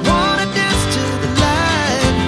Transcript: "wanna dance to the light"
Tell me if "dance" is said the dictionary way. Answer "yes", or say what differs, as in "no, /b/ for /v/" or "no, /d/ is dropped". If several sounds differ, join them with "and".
no, /n/ is dropped